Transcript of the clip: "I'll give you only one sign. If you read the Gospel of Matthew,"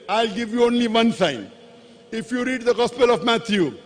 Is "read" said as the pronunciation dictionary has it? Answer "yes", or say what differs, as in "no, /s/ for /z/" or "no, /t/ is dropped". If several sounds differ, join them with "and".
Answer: yes